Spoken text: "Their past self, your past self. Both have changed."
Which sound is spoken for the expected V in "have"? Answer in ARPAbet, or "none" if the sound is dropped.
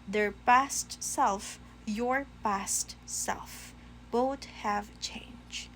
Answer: V